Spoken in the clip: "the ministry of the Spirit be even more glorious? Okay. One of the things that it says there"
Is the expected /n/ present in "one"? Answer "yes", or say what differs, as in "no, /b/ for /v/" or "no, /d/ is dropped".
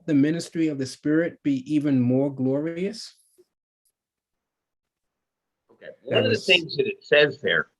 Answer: no, /n/ is dropped